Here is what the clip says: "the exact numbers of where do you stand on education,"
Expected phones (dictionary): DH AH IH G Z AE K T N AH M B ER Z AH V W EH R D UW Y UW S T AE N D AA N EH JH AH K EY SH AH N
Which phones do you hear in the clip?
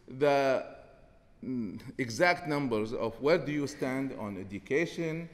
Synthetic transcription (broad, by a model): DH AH IH G Z AE K T N AH M B ER Z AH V W EH R D UW Y UW S T AE N D AA N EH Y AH K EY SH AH N